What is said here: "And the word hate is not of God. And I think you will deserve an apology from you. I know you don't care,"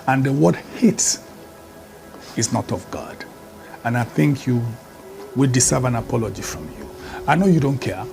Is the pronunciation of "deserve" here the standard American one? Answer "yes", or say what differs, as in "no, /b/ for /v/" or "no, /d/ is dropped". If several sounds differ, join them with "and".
no, /s/ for /z/